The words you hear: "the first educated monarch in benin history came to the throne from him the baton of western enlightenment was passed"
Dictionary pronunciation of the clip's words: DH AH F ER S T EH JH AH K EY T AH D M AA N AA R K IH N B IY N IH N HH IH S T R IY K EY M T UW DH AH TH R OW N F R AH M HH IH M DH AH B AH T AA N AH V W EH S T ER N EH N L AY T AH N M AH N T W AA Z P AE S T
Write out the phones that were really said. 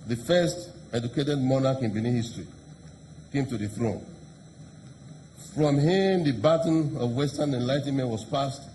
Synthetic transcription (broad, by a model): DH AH F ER S T EH JH AH K EY T AH D M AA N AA K IH N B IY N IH HH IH S T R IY K EY M T UW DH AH TH R OW N F R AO M HH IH M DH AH B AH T N AH V W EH S T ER N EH N L AY T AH N M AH N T W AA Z P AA S T